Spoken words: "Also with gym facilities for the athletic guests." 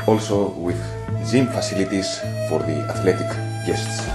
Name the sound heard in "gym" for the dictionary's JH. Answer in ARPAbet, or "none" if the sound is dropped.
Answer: Z